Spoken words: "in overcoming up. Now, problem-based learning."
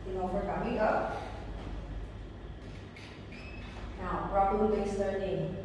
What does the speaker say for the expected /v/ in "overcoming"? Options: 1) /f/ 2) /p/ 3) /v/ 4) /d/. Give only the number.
1